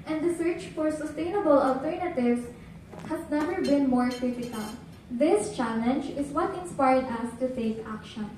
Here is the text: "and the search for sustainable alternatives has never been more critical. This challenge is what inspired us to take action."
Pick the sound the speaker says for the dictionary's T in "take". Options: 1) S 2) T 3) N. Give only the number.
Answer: 1